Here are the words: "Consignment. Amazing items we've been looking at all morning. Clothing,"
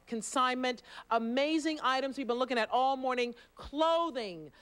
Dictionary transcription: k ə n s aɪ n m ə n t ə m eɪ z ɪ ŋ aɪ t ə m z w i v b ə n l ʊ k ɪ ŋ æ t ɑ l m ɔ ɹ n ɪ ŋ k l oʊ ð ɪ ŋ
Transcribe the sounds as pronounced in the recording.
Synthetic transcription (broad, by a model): k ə n s aɪ n m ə n t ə m eɪ z ɪ ŋ aɪ t ə m z w i v b ə n l ʊ k ɪ ŋ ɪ t ɑ l m ɔ ɹ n ɪ ŋ k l oʊ ð ɪ ŋ